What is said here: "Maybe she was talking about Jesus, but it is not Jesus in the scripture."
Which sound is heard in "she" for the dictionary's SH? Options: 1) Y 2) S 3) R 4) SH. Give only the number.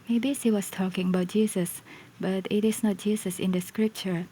2